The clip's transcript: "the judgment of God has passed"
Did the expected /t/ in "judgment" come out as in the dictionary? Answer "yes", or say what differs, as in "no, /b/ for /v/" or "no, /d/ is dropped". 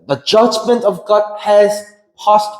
yes